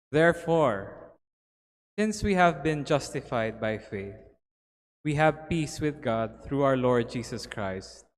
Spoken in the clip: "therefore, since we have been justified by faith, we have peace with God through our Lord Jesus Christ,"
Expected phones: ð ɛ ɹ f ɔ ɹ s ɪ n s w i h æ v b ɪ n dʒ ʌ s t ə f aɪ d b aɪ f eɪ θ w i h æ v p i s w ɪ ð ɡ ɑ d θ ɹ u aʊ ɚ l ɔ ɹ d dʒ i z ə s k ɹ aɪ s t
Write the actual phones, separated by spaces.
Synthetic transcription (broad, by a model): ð ɛ ɹ f ɔ ɹ s ɪ n s w i h æ v b ɪ n dʒ ʌ s t ə f aɪ d b aɪ f eɪ θ w i h æ v p i s w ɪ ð ɡ ɑ d θ ɹ u aʊ ɚ l ɔ ɹ d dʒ i s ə s k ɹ aɪ s t